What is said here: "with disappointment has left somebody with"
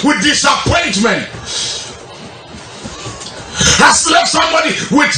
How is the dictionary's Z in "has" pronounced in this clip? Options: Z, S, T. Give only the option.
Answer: S